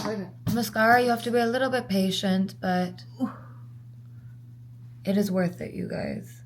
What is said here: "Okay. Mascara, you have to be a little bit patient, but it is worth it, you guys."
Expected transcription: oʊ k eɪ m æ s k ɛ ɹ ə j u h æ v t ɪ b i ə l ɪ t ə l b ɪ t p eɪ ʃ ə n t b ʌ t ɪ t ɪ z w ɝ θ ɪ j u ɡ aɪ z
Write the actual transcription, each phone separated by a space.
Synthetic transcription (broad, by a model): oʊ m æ s k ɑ ɹ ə j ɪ h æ f t ɪ b i ə l ɪ t l b ɪ t p eɪ ʃ ə n t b ʌ t ɪ t ɪ z w ɝ θ ɪ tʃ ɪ ɡ aɪ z